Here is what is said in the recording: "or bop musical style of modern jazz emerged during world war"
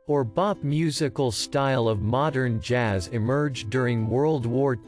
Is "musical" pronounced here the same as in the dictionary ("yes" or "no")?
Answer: yes